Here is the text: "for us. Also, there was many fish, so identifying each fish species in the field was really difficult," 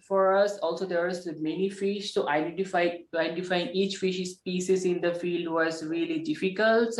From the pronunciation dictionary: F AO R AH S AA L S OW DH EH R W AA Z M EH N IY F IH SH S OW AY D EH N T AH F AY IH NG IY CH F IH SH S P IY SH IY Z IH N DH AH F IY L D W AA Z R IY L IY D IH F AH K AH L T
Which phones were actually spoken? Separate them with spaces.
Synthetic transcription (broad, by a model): F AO R AH S AA L S OW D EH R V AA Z M EH N IY F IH SH S OW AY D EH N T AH F AY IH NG IY CH F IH SH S P IY S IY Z IH N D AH F IY L D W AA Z R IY L IY D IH F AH K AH L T